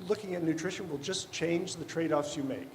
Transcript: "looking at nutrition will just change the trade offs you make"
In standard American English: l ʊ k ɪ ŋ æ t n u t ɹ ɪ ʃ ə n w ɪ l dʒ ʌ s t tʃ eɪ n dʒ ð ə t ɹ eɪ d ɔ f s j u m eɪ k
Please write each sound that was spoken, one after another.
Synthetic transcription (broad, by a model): l ʊ k ɪ ŋ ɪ t n u t ɹ ɪ ʃ ə n w ɪ l dʒ ʌ s tʃ eɪ n dʒ ð ə t ɹ eɪ d ɔ f s j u m eɪ k